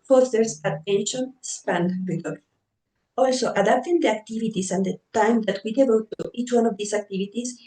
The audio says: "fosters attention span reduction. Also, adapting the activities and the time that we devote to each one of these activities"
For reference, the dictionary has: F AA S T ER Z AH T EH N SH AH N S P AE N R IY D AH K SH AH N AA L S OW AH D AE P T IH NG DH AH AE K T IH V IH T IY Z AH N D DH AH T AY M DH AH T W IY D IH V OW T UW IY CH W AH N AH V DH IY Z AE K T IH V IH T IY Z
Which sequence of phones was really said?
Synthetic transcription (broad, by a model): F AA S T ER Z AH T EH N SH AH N S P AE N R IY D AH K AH L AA L S OW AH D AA P T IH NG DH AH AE K T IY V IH T IY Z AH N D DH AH T AY M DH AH T W IY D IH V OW T UW IY CH W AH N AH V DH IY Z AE K T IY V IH T IY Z